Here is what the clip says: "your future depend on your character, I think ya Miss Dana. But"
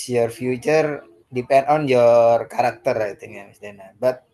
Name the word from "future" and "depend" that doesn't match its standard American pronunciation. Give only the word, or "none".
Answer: none